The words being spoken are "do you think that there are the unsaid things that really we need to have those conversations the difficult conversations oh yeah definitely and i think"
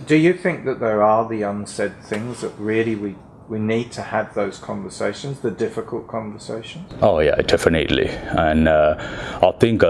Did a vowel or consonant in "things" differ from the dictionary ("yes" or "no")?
no